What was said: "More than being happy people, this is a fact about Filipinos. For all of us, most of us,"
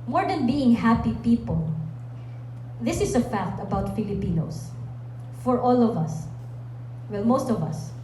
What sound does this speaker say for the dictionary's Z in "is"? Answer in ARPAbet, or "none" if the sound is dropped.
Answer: S